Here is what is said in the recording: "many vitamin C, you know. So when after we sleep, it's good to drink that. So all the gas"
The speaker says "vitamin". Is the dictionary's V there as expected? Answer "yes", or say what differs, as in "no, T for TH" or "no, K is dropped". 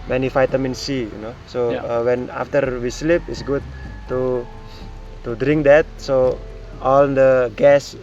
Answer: no, F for V